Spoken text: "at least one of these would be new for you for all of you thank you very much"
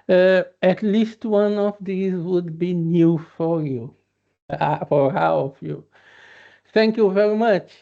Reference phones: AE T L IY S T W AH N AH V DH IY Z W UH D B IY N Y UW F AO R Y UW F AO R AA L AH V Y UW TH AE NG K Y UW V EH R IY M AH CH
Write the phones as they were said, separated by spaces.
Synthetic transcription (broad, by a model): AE T L IY S T W AH N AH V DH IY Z W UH D B IY N Y UW F AO R Y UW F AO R AA W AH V Y UW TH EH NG K Y UW V EH R IY M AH CH